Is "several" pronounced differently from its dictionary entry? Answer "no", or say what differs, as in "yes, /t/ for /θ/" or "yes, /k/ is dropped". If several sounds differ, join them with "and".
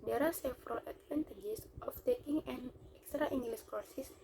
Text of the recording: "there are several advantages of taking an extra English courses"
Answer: yes, /f/ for /v/